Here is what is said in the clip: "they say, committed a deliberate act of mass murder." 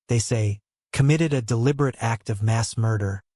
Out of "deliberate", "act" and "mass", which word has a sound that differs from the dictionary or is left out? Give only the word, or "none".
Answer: none